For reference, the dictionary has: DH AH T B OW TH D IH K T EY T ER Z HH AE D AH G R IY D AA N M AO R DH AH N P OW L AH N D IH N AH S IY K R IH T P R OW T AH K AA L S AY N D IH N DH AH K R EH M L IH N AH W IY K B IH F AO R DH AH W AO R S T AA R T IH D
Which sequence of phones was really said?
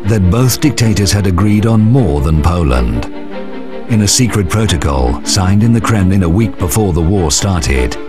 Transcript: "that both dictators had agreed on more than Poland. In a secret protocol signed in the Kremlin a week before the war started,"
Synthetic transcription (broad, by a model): DH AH T B OW TH D IH K T EY T ER Z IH D AH G R IY D N M AO R DH AH N P OW L AH N D IH N AH S IY K R IH T P R OW T AH K AA L S AY N D IH N DH AH K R EH M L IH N AH W IY K B IH F AO R DH AH W AO R S T AA R T IH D